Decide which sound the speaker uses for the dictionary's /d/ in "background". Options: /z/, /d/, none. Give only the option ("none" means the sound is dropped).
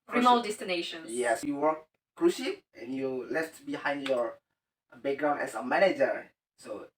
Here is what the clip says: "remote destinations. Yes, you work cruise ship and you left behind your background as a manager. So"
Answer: none